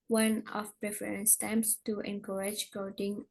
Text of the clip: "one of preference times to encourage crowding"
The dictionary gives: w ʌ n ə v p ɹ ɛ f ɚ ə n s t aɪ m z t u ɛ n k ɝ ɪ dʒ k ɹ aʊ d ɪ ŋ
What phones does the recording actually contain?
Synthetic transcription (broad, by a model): w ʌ n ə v p ɹ ɛ f ɚ ə n s t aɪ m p t u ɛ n k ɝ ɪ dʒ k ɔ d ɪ ŋ